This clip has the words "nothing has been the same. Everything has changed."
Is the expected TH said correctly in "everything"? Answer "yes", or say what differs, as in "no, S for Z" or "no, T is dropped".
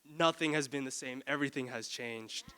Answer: yes